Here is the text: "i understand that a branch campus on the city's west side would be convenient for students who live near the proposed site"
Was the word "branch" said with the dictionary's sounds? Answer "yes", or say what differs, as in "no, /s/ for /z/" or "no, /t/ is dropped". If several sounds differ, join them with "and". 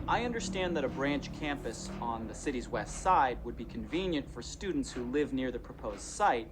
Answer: yes